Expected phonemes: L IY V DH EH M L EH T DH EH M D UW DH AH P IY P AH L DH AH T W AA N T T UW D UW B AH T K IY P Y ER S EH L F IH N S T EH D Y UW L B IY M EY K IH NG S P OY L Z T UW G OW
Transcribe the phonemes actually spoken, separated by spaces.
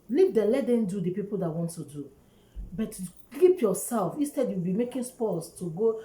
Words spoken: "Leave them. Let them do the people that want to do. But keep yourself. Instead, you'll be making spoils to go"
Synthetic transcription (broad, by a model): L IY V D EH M L EH T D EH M D UW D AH P IY P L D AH T W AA N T T UW D UW B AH T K IY P Y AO S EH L F IH N S T EH D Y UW W B IY M EY K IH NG S P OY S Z T UW G OW